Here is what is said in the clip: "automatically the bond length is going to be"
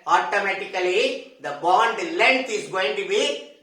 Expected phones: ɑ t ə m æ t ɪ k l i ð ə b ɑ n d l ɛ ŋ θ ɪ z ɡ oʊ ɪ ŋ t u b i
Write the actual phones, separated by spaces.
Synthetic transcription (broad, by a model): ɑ t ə m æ t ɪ k l i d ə b ɑ n d l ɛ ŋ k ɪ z ɡ oʊ ɪ ŋ t u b i